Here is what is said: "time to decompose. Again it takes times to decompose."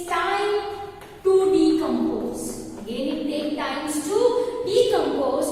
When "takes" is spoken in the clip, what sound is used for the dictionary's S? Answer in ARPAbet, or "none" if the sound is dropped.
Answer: none